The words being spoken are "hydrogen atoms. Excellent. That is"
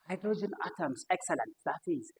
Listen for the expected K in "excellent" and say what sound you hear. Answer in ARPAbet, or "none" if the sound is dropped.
K